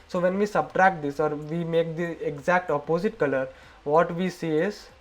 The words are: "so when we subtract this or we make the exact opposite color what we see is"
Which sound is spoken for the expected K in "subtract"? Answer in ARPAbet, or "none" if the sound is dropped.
K